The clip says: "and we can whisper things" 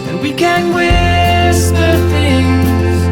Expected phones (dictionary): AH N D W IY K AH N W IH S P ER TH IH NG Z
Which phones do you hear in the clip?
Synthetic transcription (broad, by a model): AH W IY K AH N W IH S ER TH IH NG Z